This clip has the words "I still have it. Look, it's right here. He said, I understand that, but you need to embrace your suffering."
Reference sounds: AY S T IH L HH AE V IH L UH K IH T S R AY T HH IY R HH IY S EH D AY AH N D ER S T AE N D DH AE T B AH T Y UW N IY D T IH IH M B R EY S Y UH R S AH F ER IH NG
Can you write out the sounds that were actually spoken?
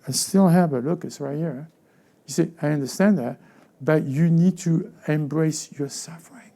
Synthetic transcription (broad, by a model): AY S T IH L HH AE V IH L UH K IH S R AY T HH IY R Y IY S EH AY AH N D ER S T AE N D DH AE T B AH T Y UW N IY D T IH IH M B R EY S Y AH R S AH F ER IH NG